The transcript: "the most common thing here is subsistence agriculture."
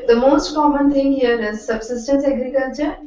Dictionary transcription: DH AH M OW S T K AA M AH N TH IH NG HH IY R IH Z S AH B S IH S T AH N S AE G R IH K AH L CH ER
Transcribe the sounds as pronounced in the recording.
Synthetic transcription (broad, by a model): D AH M OW S T K AA M AH N T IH NG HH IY R IH Z S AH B S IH S T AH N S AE G R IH K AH L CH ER